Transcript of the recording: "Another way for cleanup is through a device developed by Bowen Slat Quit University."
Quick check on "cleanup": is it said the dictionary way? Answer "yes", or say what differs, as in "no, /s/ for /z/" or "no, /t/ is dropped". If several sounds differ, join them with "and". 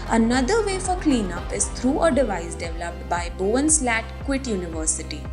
yes